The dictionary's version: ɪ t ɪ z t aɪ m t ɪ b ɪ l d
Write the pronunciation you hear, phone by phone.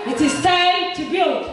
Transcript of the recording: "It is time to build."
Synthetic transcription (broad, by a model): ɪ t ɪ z s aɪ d t ɪ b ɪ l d